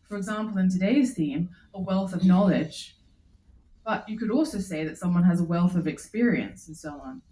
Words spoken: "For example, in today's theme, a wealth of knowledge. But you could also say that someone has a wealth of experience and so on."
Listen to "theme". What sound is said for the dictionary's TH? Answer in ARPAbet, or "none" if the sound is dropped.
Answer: TH